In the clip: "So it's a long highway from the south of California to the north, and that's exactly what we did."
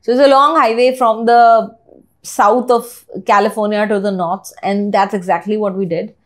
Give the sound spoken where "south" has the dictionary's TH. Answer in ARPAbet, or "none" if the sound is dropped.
T